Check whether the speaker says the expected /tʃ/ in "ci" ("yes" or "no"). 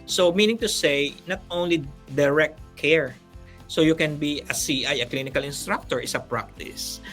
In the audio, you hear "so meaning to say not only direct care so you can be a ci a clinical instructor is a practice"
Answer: no